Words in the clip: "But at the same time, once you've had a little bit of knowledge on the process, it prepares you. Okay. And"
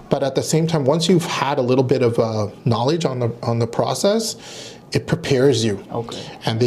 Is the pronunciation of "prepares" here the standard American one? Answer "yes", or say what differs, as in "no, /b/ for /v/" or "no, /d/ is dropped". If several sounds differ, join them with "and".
yes